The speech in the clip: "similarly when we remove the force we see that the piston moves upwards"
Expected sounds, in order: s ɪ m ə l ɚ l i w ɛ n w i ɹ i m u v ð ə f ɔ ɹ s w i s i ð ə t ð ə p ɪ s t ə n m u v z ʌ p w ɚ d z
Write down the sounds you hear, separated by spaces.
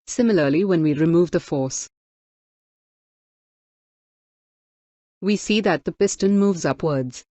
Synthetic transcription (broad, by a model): s ɪ m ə l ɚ l i w ɛ n w i ɹ i m u v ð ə f ɔ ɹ s w i s i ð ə t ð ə p ɪ s t ə n m u v z ʌ p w ɚ d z